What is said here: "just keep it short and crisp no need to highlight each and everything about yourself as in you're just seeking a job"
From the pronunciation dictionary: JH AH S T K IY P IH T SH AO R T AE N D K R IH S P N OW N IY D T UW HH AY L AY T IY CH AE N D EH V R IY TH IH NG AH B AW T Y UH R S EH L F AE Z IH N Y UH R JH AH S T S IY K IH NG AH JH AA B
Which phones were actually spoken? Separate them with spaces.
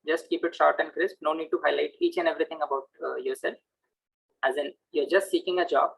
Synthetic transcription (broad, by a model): JH AH S T K IY P IH T SH AO R T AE N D K R IH S P N OW N IY D T UW HH AY L AY T IY CH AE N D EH V R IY T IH NG AH B AW T Y UH R S EH L F AE Z IH N Y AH R JH AH S T S IY K IH NG AH JH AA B